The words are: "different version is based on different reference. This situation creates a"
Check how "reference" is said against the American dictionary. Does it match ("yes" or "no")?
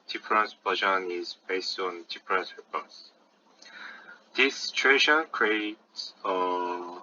no